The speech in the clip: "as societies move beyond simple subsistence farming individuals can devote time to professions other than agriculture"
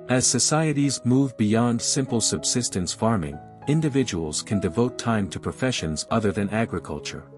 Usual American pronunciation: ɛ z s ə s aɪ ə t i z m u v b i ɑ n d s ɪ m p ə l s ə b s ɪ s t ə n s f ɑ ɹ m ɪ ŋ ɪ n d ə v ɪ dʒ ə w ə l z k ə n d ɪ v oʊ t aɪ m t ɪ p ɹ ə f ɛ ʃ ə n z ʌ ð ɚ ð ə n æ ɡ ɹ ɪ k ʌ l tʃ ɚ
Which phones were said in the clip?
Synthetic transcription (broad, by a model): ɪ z s ə s aɪ ə t i z m u v b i ɑ n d s ɪ m p l s ə b s ɪ s t ə n s f ɑ ɹ m ɪ ŋ ɪ n d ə v ɪ dʒ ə w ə l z k ə n d ɪ v oʊ t aɪ m t ɪ p ɹ ə f ɛ ʃ ə n z ʌ ð ɚ ð ə n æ ɡ ɹ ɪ k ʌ l tʃ ɚ